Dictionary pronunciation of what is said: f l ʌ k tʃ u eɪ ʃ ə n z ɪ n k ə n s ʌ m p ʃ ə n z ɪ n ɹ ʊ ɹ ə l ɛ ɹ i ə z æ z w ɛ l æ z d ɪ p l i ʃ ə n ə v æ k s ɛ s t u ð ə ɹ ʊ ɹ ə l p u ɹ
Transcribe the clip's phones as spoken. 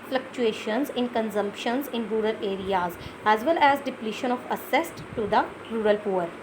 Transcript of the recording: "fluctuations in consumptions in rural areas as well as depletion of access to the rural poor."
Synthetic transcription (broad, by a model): f l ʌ k tʃ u eɪ ʃ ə n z ɪ n k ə n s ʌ m p ʃ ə n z ɪ n ɹ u ɹ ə l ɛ ɹ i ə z æ z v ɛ l æ z d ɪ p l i ʃ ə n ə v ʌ s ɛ s t u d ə ɹ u ɹ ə l p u ɹ